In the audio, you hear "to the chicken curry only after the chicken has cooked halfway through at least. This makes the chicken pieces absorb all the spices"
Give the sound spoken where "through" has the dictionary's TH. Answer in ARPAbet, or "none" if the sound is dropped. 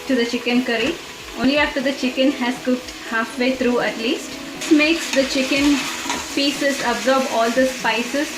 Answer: T